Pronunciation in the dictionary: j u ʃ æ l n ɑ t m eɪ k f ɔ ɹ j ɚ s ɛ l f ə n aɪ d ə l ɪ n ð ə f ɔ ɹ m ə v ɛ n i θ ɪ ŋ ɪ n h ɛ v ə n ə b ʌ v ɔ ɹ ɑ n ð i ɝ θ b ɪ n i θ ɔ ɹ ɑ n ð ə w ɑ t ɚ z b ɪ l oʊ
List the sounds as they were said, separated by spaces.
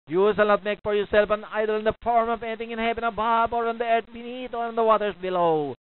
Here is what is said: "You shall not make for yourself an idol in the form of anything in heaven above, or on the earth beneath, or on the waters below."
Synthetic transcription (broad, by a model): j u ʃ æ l n ɑ t m eɪ k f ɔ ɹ j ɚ s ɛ l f ə n aɪ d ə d ɪ n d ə f ɔ ɹ m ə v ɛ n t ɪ ŋ ɪ n h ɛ p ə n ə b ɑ b ɔ ɹ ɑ n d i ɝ t b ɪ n i t ɔ ɹ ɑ n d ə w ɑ t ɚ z b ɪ l oʊ